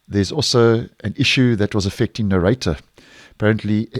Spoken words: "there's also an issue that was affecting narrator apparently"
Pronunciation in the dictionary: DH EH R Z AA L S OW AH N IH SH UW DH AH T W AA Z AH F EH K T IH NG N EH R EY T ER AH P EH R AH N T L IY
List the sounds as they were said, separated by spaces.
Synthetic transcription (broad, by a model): DH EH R Z AA L S OW AH N IH SH UW DH AH T W AA Z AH F EH K T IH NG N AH R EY T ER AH P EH R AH N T L IY